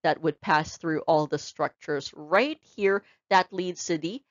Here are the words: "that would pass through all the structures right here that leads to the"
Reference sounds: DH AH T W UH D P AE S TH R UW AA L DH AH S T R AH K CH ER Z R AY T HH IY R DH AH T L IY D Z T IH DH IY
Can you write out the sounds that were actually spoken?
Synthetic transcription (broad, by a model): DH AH T W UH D P AE S TH R UW AA L DH AH S T R AH K CH ER Z R AY T HH IY R DH AH T L IY D Z S IH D IY